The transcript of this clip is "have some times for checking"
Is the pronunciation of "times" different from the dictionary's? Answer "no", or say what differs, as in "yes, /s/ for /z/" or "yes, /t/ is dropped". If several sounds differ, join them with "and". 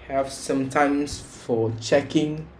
yes, /s/ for /z/